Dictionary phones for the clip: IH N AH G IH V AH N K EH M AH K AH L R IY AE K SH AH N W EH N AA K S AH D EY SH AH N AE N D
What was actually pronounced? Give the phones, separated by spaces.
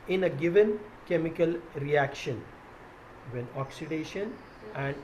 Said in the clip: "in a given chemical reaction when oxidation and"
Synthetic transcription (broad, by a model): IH N AH G IH V AH N K EH M AH K AH L R IY AE K SH AH N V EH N AA K S AH D EY SH AH N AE N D